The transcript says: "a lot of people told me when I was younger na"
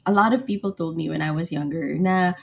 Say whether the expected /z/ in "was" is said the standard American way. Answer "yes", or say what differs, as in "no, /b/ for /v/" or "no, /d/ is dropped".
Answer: yes